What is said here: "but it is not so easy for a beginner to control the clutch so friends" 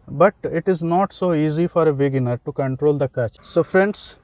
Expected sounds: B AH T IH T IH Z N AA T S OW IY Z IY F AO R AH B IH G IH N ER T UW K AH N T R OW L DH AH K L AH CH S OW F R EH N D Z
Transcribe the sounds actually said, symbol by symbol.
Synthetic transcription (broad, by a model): B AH T IH T IH Z N AA T S OW IY Z IY F AO R AH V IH G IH N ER T UW K AH N T R OW L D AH K AH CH S OW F R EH N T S